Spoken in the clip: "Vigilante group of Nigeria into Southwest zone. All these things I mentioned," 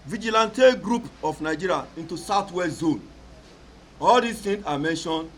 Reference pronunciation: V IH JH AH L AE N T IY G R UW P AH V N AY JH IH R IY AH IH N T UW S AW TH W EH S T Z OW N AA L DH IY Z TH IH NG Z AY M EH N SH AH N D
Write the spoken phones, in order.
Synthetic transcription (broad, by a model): V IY JH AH L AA N T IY G R UW P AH F N AY JH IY R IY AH IH N T UW S AW T W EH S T Z OW N AA L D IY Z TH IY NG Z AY M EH N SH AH N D